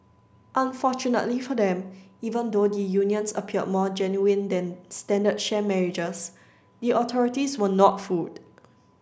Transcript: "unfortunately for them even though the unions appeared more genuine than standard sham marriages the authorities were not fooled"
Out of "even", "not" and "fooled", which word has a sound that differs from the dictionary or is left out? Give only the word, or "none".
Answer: fooled